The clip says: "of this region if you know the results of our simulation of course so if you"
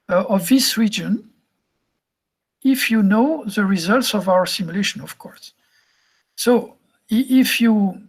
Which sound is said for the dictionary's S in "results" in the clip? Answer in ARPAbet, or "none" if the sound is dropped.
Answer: S